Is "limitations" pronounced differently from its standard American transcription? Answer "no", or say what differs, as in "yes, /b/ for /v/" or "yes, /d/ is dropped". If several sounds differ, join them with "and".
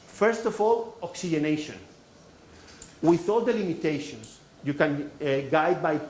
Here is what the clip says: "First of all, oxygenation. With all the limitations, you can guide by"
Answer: yes, /s/ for /z/